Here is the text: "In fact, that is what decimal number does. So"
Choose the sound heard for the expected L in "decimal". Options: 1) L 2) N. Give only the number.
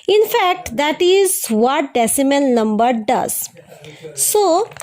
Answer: 2